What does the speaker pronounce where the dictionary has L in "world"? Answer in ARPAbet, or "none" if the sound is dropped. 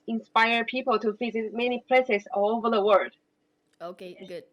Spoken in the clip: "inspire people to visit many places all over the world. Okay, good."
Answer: none